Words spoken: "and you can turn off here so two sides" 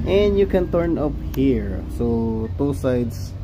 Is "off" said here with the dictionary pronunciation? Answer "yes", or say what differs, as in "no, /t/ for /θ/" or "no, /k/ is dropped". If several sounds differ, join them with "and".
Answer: no, /p/ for /f/